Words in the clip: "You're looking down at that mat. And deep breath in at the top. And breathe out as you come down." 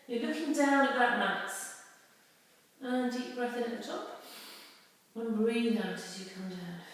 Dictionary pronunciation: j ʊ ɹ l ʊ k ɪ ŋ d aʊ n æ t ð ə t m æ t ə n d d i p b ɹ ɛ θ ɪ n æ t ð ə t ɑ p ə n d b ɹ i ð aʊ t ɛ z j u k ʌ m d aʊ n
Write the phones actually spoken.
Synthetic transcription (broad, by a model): j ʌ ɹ l ʊ k ɪ ŋ d aʊ n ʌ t ð ə t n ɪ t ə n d d i p b ɹ ɛ θ ɪ n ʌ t ð ə t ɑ p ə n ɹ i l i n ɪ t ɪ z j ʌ k ʌ m d aʊ n